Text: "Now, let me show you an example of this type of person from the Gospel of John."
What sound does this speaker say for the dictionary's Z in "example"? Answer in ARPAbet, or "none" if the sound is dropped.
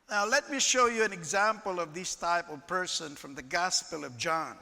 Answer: Z